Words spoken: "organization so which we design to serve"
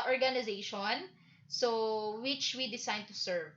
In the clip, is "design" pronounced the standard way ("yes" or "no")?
no